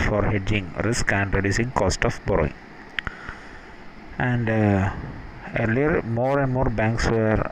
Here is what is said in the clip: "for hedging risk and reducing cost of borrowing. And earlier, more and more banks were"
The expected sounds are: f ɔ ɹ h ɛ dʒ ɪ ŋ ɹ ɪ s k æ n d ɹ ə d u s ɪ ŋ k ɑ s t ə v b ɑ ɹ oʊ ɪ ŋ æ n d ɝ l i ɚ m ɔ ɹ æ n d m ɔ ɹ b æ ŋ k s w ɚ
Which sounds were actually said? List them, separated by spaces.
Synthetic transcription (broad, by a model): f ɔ ɹ h ɛ dʒ ɪ ŋ ɹ ɪ s k æ n d ɹ ə d u s ɪ ŋ k ɑ s t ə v b ɑ ɹ oʊ ɪ ŋ æ n d ɝ l i ɚ m ɔ ɹ æ n d m ɔ ɹ b æ ŋ k s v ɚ